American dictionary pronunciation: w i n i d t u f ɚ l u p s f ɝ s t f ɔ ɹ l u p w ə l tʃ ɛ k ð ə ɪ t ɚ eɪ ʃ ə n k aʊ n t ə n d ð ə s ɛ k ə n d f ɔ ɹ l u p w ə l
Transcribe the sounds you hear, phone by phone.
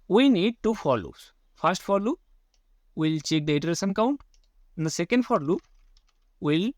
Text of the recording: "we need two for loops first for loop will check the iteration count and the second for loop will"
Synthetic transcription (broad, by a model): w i n i d t u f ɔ l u s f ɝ s t f ɔ ɹ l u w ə l tʃ ɛ k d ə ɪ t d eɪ s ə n k aʊ n t ə n d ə s ɛ k ə n d f ɔ ɹ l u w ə l